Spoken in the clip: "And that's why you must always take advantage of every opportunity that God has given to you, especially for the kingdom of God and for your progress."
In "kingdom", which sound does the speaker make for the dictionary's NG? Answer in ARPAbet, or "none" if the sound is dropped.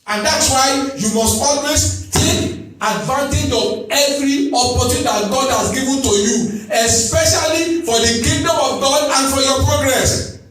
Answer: none